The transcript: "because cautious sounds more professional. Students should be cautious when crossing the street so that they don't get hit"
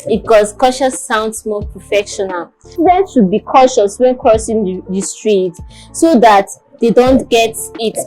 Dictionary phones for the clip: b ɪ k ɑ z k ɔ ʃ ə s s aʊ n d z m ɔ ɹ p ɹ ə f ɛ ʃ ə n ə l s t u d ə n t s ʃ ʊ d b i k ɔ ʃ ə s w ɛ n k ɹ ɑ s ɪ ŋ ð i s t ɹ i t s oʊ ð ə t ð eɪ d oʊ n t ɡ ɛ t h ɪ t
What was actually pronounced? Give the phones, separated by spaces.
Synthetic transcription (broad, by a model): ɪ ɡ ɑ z k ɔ ʃ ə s s aʊ n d s m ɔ p ɹ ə f ɛ ʃ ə n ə l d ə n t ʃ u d b i k ɔ ʃ ə s w ɛ n k ɹ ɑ s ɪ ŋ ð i s t ɹ i t s oʊ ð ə t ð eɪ d oʊ n t ɡ ɛ t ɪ t